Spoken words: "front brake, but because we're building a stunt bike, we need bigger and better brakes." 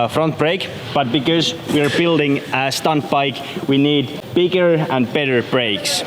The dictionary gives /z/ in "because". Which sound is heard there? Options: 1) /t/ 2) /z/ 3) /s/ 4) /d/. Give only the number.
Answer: 2